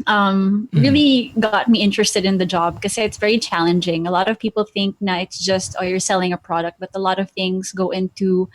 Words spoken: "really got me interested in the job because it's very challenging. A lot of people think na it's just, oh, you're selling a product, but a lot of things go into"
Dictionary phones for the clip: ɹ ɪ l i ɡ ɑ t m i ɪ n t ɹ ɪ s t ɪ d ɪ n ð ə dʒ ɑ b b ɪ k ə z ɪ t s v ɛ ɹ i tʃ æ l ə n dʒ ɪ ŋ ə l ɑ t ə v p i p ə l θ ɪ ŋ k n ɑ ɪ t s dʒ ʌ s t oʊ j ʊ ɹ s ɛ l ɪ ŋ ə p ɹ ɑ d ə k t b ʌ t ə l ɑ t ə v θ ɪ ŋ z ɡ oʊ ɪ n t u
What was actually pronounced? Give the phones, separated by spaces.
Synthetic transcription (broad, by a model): ɹ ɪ l i ɡ ɑ t m i ɪ n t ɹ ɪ s t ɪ d ɪ n ð ə dʒ ɑ b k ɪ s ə ɪ t s v ɛ ɹ i tʃ æ l ə n dʒ ɪ ŋ ə l ɑ t ə v p i p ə l θ ɪ ŋ k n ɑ ɪ t s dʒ ʌ s t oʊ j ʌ ɹ s ɛ l ɪ ŋ ə p ɹ ɑ d ə k t b ʌ t ə l ɑ t ə v θ ɪ ŋ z ɡ oʊ ɪ n t u